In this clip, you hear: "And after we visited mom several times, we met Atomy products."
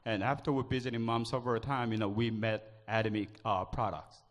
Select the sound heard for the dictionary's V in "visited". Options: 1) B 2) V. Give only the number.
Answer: 1